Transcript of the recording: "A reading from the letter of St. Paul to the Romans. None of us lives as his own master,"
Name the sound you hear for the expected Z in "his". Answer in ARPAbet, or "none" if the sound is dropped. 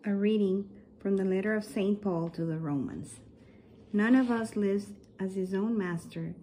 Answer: Z